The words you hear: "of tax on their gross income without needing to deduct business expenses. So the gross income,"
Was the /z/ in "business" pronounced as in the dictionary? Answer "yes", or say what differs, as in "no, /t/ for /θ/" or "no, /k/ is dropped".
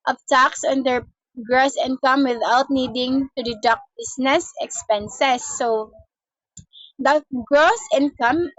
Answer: no, /s/ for /z/